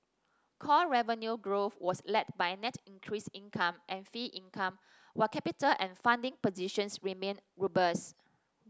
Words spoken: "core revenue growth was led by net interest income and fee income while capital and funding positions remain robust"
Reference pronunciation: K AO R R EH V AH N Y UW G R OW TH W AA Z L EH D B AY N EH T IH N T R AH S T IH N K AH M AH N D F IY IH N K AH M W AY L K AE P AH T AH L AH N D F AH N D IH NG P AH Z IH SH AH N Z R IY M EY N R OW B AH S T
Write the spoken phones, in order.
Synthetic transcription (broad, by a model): K AO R R EH V AH N Y UW G R OW F W AA S L EH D B AY N EH T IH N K R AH S IH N K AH M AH N F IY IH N K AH M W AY K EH P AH T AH L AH N F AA N D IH NG P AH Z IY SH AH N S R IY M EY N R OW B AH S